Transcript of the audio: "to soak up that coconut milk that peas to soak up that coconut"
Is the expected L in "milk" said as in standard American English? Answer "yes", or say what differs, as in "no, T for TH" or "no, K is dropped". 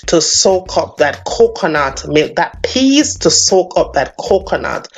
no, L is dropped